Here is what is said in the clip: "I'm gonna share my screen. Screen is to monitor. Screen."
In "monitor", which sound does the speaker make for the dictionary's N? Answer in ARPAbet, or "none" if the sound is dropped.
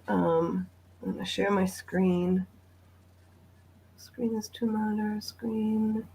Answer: none